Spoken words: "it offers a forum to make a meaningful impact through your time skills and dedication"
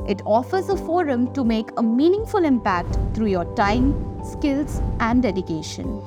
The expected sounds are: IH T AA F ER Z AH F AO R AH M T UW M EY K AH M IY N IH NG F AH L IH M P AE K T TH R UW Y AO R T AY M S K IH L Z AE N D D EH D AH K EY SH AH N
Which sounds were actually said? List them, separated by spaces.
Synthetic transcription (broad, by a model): IH T AA F ER Z AH F AO R AH M T UW M EY K AH M IY N IH NG F AH L IH M P AE K T T R UW Y AO R T AY M S K IH L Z AE N D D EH D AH K EY SH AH N